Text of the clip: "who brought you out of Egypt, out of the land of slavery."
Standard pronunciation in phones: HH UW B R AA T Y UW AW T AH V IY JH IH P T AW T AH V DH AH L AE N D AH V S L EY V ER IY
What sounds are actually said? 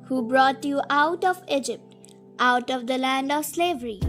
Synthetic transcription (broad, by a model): HH UW B R AA T Y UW AW T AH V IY JH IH P T AW T AH V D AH L AE N D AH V S L EY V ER IY